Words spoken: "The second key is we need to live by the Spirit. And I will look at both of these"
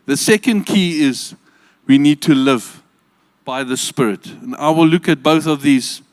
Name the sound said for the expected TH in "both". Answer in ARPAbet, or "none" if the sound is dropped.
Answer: TH